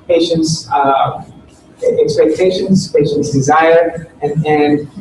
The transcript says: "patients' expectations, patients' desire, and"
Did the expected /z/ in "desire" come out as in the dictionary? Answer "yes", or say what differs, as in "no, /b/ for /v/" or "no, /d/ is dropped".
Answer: yes